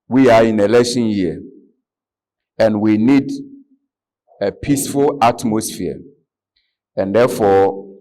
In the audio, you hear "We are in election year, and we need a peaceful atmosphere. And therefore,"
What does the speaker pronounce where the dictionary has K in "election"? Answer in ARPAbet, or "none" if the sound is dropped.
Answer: none